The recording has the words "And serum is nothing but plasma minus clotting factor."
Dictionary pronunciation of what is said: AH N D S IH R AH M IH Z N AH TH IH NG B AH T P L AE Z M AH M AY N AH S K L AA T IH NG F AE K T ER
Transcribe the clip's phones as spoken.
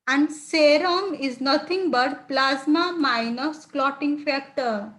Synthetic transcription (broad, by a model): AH N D S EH R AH M IH Z N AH T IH NG B AH T P L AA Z M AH M AY N AH S K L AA T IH NG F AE K T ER